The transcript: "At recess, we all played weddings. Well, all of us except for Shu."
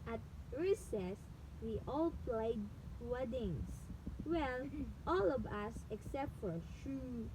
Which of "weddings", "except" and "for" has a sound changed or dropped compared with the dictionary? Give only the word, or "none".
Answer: weddings